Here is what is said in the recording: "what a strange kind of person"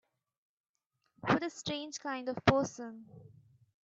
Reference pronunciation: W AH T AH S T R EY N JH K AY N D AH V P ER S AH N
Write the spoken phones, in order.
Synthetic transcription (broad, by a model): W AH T AH S T R EY N JH K AY N D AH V P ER S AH N